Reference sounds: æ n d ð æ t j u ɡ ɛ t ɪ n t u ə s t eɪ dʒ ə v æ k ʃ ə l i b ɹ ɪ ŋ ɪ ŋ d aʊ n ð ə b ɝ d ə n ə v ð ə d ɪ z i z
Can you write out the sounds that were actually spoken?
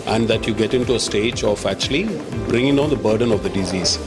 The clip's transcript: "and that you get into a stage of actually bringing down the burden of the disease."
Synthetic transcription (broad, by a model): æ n d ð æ t j u ɡ ɛ t ɪ n t u ə s t eɪ dʒ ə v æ k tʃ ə l i b ɹ ɪ ŋ ɪ ŋ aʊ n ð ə b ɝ d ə n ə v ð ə d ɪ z i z